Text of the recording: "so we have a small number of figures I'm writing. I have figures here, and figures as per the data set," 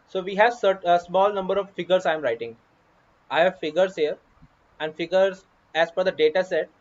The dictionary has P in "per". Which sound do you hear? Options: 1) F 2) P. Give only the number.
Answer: 1